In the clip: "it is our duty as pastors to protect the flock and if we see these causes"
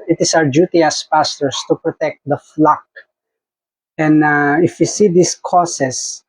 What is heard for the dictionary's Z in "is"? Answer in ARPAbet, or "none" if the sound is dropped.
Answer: S